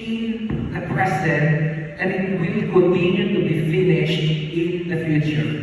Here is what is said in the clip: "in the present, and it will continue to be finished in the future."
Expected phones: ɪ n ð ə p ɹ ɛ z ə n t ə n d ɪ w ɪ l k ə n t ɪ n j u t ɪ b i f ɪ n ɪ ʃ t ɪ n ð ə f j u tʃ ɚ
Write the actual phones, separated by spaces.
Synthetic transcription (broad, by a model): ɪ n ð ə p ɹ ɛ s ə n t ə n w ɪ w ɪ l k ə n t ɪ n j u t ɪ b i f ɪ n ɪ ʃ t ɪ n ð ə f j u tʃ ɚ